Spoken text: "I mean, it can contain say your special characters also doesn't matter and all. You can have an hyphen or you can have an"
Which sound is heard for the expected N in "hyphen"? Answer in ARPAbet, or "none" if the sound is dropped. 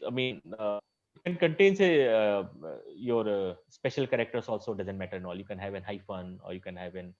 N